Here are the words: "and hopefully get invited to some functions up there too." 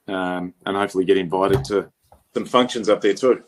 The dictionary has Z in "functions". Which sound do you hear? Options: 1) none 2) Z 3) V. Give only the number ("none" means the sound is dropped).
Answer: 2